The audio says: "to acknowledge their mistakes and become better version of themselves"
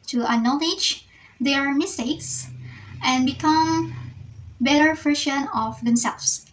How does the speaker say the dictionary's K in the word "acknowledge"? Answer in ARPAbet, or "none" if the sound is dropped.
none